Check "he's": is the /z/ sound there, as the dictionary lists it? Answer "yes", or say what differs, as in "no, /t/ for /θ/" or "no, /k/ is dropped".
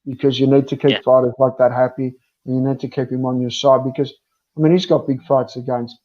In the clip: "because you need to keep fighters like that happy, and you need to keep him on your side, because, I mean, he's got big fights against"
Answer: yes